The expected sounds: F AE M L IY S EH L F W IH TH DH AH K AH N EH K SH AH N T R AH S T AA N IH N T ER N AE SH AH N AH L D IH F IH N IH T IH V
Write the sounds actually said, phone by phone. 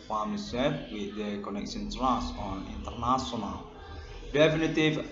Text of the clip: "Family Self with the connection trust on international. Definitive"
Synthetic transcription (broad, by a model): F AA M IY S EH F W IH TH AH K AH N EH K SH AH N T R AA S AA N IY N T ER N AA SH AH N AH L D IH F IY N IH T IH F